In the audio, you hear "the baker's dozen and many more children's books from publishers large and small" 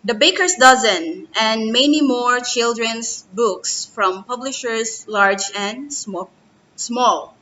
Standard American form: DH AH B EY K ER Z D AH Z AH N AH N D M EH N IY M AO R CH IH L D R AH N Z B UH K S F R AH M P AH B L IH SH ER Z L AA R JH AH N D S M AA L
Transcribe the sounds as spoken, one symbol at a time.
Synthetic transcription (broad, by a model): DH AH B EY K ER S D AH Z AH N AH N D M EH N IY M AO R CH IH L D R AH N S B UH K S F R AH M P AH B L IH SH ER S L AA R JH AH N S S M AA L